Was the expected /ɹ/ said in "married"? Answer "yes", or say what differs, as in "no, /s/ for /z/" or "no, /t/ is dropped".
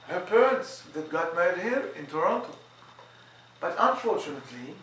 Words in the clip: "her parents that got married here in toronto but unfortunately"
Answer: no, /ɹ/ is dropped